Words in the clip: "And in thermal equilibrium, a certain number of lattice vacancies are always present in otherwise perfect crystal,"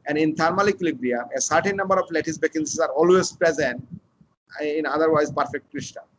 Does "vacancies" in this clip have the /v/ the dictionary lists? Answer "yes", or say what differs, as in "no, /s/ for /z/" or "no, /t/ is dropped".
no, /b/ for /v/